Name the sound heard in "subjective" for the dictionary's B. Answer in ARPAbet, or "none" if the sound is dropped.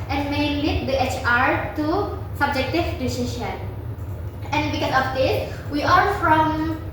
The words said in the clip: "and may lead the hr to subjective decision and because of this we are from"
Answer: B